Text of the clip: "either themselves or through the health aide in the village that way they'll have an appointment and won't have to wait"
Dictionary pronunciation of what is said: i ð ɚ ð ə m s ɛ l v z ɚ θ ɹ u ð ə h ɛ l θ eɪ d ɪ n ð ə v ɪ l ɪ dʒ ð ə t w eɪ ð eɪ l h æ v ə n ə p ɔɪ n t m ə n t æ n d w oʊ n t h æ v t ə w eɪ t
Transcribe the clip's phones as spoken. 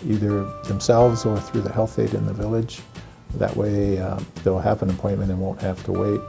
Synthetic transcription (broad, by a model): i ð ɚ ð ə m s ɛ l v z ɚ θ ɹ u ð ə h ɛ l θ eɪ d ɪ n ð ə v ɪ l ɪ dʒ ð ə t w eɪ ð eɪ l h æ v ə n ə p ɔɪ n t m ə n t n w oʊ n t h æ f t ə w eɪ t